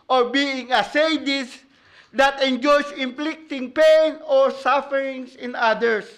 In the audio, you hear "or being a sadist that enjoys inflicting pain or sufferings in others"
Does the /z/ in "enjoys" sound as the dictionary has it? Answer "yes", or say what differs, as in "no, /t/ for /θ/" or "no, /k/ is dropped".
no, /s/ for /z/